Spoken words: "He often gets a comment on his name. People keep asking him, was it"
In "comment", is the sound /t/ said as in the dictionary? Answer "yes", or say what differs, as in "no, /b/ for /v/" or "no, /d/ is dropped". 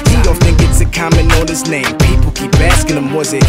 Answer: no, /t/ is dropped